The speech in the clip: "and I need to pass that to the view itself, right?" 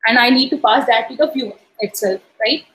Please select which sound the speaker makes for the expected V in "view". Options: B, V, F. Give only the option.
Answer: F